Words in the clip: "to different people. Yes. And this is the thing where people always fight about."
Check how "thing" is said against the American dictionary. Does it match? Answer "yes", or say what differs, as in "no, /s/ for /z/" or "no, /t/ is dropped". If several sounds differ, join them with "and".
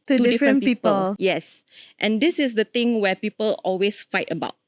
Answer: no, /t/ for /θ/